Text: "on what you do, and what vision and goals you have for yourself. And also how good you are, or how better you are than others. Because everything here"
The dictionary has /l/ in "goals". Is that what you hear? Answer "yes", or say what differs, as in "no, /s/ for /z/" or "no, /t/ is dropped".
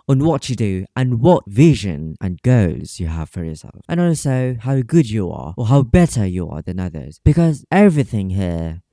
no, /l/ is dropped